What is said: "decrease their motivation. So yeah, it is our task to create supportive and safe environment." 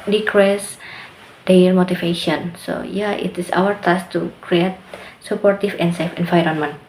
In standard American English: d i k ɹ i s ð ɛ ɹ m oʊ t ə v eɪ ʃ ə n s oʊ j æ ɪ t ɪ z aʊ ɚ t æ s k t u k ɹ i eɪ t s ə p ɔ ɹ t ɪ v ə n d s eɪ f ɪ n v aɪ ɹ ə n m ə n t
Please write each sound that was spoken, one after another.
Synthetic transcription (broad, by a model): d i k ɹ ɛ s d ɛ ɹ m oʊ t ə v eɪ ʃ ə n s oʊ j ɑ ɪ t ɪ s aʊ ɚ t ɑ s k t u k ɹ i eɪ t s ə p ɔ ɹ t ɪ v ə n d s eɪ f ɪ n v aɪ ɹ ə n m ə n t